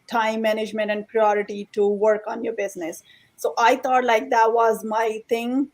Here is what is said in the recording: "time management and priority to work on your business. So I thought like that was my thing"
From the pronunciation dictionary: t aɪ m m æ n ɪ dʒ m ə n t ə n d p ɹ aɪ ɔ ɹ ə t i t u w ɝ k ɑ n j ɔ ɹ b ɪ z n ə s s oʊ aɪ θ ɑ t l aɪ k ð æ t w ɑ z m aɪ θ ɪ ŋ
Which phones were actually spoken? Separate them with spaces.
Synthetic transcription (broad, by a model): t aɪ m m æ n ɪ dʒ m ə n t ə n d p ɹ aɪ ɔ ɹ ə t i t u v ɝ k ɑ n j ɔ ɹ b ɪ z n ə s s oʊ aɪ t ɑ t l aɪ k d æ t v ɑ z m aɪ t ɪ ŋ